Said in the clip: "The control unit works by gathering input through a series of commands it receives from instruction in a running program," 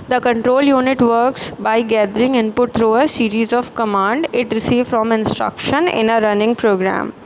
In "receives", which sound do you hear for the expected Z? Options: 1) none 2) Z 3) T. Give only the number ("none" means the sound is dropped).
1